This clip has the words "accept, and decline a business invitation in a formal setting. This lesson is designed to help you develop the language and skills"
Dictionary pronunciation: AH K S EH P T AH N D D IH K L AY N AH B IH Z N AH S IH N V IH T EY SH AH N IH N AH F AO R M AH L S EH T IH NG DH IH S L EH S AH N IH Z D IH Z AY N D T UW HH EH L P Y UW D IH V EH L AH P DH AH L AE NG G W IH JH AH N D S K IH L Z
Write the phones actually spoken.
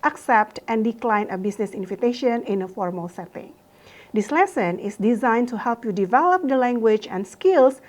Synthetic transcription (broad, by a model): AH K S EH P T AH N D D IH K L AY N AH B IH S N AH S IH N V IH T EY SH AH N IH N AH F AO R M AH L S EH T IH NG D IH S L EH S AH N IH S D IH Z AY N T UW HH EH L P Y UW D IH V EH L AH P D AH L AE NG G W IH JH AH N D S K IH L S